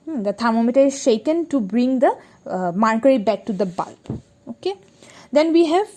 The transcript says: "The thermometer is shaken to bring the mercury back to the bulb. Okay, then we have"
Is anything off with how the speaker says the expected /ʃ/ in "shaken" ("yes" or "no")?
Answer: no